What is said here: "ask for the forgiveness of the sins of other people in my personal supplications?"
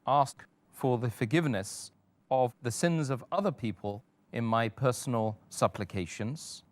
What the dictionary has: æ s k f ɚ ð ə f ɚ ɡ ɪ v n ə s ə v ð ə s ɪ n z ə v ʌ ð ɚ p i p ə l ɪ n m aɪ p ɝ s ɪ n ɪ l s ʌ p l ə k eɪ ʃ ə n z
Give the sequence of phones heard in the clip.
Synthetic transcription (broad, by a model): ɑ s k f ɚ ð ə f ɚ ɡ ɪ v n ə s ə v ð ə s ɪ n z ə v ʌ ð ɚ p i p ə l ɪ n m aɪ p ɝ s n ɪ l s ʌ p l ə k eɪ ʃ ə n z